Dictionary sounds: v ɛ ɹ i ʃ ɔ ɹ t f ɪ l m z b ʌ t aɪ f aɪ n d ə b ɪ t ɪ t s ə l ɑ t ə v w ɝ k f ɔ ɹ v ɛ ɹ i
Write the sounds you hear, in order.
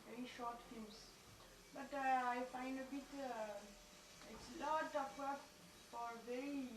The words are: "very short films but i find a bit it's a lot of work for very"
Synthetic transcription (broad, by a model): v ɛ ɹ i ʃ ɔ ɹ t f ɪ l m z b ʌ t aɪ f aɪ n d ə b ɪ t ɪ t s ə l ɑ t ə p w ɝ f ɔ ɹ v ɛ ɹ i